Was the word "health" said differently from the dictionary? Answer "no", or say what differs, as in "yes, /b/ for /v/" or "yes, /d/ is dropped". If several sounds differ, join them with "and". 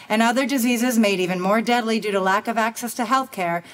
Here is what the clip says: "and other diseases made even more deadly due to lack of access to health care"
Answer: no